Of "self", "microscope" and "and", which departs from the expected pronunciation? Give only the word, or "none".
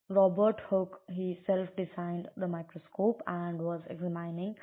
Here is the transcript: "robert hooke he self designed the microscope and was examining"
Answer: none